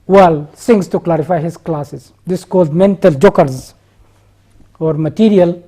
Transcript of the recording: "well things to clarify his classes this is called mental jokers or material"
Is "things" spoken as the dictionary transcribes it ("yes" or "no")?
no